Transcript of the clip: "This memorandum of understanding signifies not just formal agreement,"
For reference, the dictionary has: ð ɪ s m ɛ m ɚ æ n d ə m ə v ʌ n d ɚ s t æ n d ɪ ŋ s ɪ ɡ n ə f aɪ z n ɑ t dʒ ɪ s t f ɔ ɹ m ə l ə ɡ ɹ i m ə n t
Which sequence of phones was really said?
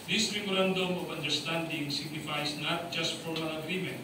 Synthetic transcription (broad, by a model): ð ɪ s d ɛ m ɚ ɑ n d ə m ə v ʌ n d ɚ s t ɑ n d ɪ ŋ s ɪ ɡ n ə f aɪ s n ɑ t dʒ ɪ s t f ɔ ɹ m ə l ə ɡ ɹ i m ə n t